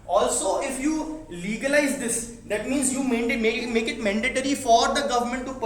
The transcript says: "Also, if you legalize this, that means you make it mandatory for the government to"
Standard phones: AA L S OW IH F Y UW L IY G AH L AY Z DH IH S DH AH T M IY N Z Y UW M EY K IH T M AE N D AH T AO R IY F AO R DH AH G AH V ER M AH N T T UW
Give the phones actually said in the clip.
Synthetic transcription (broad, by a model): AA L S OW IH F Y UW L IY G AH L AY Z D IH S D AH T M IY N Z Y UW M EY K IH T M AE N D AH T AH R IY F AO R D AH G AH V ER M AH N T T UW